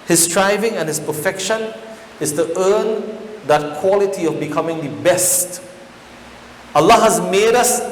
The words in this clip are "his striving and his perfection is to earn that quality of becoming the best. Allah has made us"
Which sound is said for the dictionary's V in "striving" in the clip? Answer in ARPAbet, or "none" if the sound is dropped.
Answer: V